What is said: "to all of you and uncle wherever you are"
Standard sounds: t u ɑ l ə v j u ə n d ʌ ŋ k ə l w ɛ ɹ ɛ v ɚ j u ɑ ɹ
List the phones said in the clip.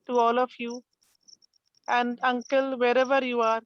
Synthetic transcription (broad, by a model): t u ɑ l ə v j u ə n d ʌ ŋ k ə l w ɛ ɹ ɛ v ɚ j u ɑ ɹ